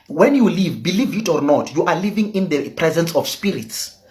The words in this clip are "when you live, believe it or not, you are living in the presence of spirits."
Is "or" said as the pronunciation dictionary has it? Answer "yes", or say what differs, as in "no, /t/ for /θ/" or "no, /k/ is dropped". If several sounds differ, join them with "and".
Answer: yes